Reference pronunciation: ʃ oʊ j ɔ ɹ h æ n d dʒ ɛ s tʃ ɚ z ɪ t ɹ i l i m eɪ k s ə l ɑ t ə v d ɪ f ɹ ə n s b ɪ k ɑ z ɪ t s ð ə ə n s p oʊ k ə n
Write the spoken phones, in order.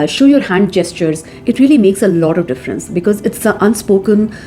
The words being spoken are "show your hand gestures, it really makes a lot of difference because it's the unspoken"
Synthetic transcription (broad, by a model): ʃ oʊ j ɔ ɹ h æ n d dʒ ɛ s tʃ ɚ z ɪ t ɹ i l i m eɪ k s ə l ɑ t ə v d ɪ f ɹ ə n s b ɪ k ɑ z ɪ t s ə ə n s p oʊ k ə n